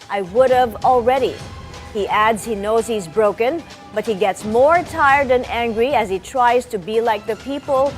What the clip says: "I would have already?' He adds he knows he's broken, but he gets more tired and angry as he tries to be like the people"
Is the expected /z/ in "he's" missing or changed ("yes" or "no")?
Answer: no